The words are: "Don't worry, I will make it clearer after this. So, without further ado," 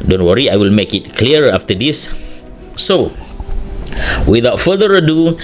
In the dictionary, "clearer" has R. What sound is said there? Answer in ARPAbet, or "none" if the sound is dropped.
none